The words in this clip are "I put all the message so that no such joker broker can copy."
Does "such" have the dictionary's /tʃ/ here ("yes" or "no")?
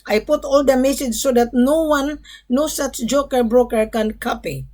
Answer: no